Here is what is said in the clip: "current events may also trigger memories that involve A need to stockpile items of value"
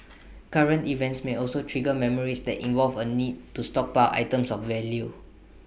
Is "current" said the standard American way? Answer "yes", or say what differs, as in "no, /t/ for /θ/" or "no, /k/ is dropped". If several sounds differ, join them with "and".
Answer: yes